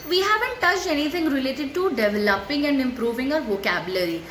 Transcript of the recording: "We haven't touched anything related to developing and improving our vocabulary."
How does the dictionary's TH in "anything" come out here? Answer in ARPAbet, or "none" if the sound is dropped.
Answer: T